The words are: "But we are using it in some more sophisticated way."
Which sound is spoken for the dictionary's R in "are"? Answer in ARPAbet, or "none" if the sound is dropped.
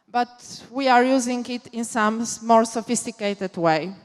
R